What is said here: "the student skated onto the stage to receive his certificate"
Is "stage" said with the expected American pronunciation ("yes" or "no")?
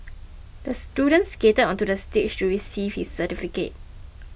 no